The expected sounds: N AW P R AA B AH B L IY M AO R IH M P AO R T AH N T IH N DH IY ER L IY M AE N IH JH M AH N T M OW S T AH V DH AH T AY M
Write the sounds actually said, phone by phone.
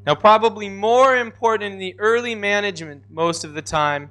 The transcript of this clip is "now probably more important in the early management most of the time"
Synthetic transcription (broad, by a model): N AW P R AA B AH B L IY M AO R IH M P AO R T N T IH N DH IY ER L IY M AE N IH JH M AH N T M OW S T AH V DH AH T AY M